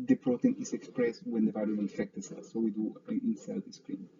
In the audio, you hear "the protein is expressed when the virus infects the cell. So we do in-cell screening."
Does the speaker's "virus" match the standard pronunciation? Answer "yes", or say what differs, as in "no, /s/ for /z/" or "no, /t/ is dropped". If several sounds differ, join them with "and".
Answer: no, /s/ is dropped